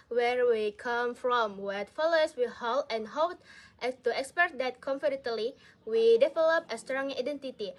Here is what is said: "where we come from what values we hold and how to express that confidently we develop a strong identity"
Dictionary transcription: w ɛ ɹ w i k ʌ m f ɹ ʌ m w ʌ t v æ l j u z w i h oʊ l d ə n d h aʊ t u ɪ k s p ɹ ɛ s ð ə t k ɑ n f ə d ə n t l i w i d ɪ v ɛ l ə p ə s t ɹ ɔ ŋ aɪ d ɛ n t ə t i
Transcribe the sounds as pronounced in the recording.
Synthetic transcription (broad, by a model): w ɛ ɹ w i k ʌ m f ɹ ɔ m w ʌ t f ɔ l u s w i h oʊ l ə n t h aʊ t u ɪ k s p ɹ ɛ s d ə t k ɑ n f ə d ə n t l i w i d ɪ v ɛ l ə p ə s t ɹ ɔ ŋ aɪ d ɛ n t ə t i